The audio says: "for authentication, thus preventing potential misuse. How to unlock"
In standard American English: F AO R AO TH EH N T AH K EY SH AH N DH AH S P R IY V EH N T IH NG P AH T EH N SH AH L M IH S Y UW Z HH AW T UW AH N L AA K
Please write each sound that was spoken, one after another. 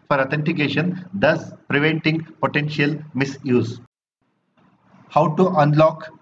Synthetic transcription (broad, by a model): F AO R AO T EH N T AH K EY SH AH N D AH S P R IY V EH N T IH NG P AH T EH N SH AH L M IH S Y UW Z HH AW T UW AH N L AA K